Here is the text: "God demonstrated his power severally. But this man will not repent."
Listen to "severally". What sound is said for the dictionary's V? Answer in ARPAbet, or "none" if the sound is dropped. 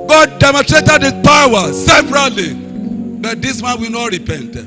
P